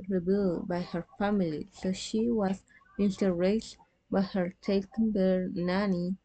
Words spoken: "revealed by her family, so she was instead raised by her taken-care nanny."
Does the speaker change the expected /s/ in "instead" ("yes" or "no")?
yes